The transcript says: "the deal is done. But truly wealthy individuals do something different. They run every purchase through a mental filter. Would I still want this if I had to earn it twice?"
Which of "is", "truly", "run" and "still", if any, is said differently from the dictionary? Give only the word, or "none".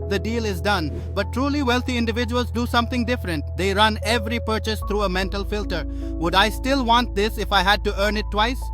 none